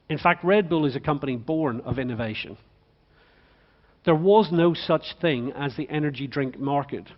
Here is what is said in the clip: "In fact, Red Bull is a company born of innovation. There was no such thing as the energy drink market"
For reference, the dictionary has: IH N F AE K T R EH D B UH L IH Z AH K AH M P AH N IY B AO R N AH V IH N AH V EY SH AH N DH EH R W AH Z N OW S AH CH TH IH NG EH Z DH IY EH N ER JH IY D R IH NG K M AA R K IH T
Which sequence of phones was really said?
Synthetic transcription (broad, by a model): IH N F AE K T R EH D B UH L IH Z AH K AH M P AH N IY B AO R N AH V IH N AH V EY SH AH N DH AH R W AH Z N OW S AH CH TH IH NG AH Z DH IY EH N ER JH IY D R IH NG K M AA R K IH T